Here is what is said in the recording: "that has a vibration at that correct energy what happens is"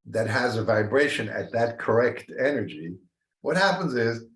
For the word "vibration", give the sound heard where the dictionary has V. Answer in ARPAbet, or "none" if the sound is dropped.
V